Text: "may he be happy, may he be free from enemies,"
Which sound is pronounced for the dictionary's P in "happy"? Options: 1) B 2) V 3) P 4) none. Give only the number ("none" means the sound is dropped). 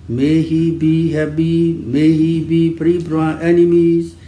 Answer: 1